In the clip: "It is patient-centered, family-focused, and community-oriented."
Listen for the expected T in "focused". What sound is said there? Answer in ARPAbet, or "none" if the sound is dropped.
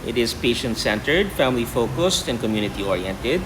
T